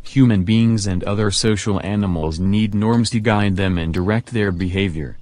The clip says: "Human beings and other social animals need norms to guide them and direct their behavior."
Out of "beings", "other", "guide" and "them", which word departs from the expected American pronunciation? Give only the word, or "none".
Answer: none